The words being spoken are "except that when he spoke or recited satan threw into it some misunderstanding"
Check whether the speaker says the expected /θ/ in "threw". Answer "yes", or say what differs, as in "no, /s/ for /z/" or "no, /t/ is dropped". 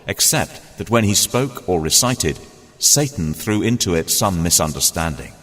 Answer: yes